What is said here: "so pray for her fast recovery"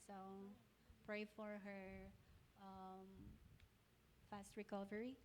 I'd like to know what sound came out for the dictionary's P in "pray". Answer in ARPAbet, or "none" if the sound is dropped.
P